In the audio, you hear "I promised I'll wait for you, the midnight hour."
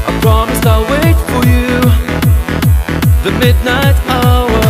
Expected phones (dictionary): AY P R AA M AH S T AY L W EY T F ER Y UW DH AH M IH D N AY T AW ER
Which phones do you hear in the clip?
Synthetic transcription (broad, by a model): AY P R AA M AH S AY L W EY T F ER Y UW DH AH M IH D N AY T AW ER